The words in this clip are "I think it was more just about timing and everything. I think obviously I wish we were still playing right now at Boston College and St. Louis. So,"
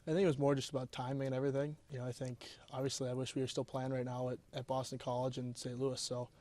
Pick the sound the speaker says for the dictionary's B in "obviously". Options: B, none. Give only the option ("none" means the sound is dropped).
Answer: B